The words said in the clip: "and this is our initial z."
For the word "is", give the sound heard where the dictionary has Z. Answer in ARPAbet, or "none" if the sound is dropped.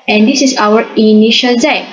S